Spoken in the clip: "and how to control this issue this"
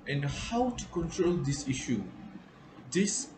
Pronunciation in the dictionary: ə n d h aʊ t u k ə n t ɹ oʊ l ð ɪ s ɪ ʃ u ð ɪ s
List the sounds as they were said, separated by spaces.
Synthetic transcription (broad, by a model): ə n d h aʊ t u k ə n t ɹ oʊ l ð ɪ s ɪ ʃ u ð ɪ s